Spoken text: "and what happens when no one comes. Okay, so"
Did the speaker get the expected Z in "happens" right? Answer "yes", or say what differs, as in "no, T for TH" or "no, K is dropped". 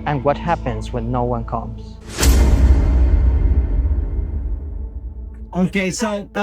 yes